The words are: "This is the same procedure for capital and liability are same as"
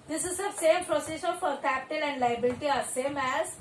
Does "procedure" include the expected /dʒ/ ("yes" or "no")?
no